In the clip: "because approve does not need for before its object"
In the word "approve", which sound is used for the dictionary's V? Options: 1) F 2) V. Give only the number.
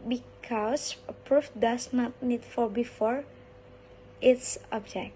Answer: 1